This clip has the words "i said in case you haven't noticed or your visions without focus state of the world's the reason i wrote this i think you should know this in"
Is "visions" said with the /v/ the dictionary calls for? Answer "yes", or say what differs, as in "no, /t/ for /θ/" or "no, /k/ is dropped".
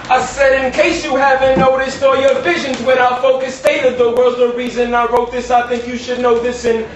yes